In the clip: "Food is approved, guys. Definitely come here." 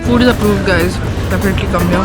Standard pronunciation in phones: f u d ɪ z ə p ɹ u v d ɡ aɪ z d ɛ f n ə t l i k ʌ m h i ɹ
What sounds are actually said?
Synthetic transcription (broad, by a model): f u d ɪ z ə p ɹ u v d ɡ aɪ z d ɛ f ə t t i k ʌ m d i